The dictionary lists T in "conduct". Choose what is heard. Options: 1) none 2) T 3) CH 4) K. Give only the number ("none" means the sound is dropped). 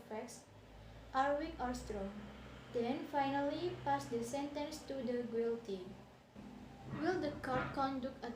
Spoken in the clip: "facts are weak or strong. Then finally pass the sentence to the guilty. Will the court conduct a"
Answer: 1